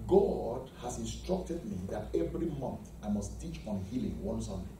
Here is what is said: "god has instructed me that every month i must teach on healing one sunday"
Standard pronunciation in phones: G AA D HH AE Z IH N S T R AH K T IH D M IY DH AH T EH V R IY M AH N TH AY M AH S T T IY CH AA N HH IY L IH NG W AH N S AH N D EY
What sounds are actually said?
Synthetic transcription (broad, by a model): G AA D HH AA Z IH N S T R AH K T IH D M IY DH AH T EH V R IY M AH N TH AY M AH S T T IY CH AA N HH IY L IH NG W AH N S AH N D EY